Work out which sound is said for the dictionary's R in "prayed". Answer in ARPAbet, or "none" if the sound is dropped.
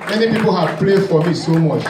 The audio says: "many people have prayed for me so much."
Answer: L